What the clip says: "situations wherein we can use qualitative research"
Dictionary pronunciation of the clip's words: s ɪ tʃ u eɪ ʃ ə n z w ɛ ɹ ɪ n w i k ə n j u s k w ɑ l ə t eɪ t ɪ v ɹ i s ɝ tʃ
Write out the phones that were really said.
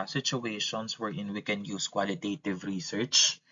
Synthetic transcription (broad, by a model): s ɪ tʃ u eɪ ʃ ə n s w ɛ ɹ ɪ n w i k ə n j u s k w ɑ l ə t eɪ t ɪ v ɹ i s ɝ tʃ